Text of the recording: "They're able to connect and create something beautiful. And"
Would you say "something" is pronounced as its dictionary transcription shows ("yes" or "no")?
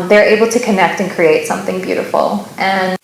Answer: yes